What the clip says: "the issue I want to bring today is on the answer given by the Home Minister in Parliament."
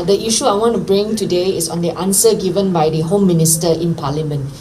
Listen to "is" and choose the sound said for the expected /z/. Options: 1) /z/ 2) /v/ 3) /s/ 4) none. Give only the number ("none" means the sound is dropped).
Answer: 3